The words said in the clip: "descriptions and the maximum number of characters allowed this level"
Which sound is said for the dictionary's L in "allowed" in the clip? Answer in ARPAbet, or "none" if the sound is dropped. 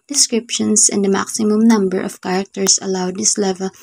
L